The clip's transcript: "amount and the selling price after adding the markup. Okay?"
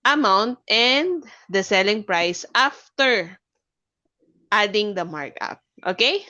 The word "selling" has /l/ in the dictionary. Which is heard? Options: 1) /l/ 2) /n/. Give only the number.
1